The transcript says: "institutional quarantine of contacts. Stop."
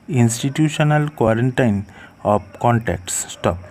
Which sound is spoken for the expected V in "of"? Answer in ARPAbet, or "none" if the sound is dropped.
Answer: P